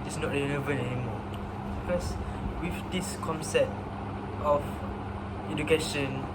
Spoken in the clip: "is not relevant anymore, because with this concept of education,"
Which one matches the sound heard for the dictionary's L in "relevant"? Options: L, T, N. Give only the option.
N